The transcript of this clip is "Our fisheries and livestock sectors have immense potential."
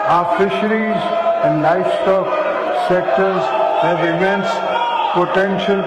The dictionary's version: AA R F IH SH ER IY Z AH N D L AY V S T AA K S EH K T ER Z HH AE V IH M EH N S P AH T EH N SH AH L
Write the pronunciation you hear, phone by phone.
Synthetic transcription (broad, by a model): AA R F IH SH ER IY Z AH N D L AY F S T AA K S EH K T ER Z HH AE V IH M EH N S P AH T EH N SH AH L